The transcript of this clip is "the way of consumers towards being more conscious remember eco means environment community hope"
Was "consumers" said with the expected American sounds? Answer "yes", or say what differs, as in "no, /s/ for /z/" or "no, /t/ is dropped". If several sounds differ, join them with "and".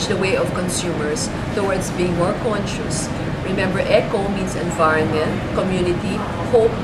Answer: no, /s/ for /z/